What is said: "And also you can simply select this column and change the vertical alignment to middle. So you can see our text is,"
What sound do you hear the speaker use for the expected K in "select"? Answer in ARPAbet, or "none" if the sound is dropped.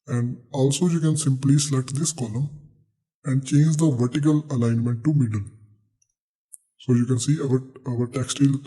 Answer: none